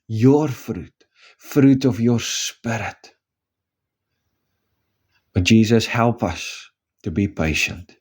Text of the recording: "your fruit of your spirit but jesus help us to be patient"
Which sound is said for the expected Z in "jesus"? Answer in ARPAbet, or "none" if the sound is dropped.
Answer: Z